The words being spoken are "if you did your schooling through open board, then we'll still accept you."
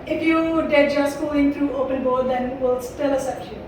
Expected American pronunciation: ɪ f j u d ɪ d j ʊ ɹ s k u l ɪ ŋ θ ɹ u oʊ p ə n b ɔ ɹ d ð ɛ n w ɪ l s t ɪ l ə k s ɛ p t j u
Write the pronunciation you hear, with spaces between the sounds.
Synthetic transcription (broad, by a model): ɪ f j u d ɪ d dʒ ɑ s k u ɪ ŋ t ɹ u oʊ p ə n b ɔ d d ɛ n w ɪ l s t ɪ l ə s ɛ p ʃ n